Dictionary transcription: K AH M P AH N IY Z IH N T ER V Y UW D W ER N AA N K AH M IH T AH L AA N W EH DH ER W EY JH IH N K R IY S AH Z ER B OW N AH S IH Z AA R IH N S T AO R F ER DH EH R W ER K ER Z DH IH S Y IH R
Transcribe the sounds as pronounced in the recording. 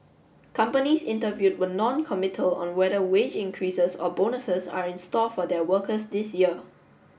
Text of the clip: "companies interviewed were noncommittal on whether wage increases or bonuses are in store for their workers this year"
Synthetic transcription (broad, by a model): K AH M P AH N IY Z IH N T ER V Y UW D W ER N AA N K AH M IH T AH L AA N W EH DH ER W EY JH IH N K R IY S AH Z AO B OW N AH S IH S AA R IH N S T AO L F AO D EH W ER K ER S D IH S Y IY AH